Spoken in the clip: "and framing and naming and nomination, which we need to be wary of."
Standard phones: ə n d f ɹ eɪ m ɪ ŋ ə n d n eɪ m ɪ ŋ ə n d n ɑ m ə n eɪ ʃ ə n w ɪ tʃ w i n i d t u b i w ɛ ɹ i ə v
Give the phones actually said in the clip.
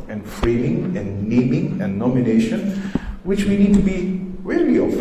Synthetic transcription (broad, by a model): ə n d f ɹ eɪ m ɪ ŋ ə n n eɪ m ɪ ŋ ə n n ɑ m ə n eɪ ʃ ə n w ɪ tʃ w i n i d t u b i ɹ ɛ l i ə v